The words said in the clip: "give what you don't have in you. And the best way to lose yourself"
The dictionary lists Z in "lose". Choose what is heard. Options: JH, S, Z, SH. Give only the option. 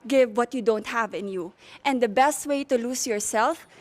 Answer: S